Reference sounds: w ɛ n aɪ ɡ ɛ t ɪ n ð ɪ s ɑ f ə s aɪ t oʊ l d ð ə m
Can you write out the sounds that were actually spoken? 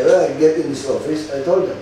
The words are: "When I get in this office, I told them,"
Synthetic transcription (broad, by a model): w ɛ aɪ ɡ ɛ t ɪ n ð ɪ s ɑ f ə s aɪ t oʊ l d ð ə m